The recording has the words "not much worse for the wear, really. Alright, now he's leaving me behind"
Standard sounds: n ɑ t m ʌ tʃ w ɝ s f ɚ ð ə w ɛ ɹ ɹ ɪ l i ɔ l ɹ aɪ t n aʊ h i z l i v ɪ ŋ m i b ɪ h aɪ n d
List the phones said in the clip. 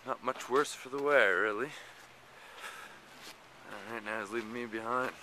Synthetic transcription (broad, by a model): n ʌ t m ʌ tʃ w ɝ s f ɚ ð ə w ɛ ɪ ɹ ɪ l i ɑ ɹ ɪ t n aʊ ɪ z l i v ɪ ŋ m i b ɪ h aɪ n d